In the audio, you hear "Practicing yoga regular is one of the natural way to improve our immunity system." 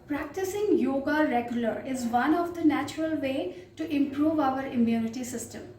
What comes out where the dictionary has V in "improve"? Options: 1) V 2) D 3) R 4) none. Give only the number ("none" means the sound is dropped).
1